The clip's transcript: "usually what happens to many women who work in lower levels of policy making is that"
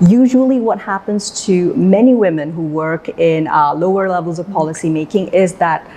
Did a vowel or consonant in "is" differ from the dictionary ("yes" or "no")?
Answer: no